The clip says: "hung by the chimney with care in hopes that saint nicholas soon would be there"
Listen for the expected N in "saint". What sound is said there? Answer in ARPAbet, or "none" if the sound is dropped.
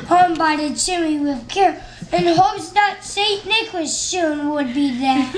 none